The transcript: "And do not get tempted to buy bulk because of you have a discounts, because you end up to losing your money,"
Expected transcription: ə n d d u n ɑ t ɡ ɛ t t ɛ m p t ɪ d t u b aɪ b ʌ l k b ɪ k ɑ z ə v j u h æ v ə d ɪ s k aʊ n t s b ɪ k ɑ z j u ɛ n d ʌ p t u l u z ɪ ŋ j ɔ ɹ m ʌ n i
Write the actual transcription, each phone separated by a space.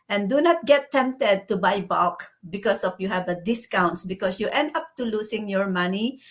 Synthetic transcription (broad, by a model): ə n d d u n ɑ t ɡ ɛ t t ɛ m p t ɪ d t u b aɪ b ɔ k b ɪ k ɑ s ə f j u h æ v ə d ɪ s k aʊ n t s b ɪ k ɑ s j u ɛ n d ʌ p t u l u s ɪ ŋ j ɔ ɹ m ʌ n i